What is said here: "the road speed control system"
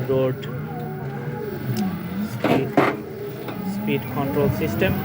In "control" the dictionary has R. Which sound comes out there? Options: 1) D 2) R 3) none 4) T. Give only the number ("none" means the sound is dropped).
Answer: 2